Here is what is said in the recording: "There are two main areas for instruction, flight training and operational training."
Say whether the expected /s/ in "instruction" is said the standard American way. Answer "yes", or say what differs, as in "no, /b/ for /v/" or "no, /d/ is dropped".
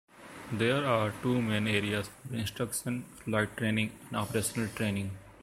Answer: yes